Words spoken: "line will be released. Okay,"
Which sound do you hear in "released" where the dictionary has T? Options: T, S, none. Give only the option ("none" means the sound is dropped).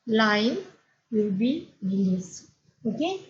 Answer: none